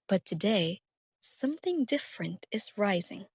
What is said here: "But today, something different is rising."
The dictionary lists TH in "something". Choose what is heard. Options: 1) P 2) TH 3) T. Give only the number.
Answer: 2